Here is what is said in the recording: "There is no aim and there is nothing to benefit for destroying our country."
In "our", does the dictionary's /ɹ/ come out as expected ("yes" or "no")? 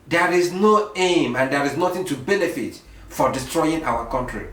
no